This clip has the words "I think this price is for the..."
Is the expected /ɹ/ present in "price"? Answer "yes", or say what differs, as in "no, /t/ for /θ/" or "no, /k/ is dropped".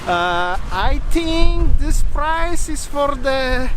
yes